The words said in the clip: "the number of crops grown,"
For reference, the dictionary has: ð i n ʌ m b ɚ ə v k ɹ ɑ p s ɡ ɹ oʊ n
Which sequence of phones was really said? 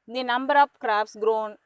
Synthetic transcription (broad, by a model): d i n ʌ m b ɚ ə p k ɹ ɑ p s ɡ ɹ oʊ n